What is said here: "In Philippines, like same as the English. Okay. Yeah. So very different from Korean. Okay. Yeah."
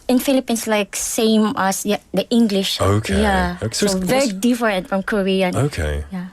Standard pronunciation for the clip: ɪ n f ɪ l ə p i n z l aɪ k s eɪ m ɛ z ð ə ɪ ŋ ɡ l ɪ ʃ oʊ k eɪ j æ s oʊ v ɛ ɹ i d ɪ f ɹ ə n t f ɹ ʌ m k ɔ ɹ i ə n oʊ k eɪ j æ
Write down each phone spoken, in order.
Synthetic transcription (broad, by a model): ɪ n f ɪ l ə p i n s l aɪ k s eɪ m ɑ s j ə ɪ ŋ ɡ l ɪ ʃ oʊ k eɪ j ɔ s oʊ v ɛ ɹ i d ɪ f ɹ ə n t f ɹ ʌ m k ɔ ɹ i ə n oʊ k eɪ j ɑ